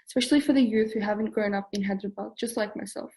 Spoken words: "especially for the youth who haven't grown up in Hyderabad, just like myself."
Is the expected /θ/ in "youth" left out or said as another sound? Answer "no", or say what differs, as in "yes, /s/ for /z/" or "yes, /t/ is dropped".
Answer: no